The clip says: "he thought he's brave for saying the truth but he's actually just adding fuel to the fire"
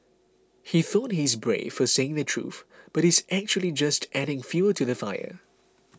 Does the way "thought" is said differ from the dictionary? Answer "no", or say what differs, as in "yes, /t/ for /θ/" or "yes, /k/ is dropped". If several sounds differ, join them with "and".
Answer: no